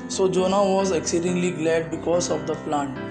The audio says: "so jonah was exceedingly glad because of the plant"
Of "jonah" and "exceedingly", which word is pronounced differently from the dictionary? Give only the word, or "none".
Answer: none